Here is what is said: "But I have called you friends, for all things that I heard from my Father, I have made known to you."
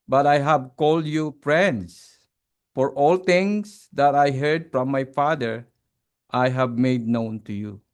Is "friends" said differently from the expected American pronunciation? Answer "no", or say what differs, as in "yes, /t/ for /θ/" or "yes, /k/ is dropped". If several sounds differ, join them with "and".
yes, /s/ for /z/